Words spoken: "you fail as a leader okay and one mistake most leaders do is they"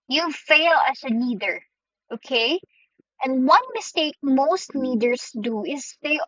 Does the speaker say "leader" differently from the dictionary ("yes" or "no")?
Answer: yes